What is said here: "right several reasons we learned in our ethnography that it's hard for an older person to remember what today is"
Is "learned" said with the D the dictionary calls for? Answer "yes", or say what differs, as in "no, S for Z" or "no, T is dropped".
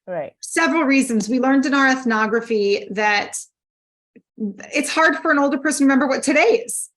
yes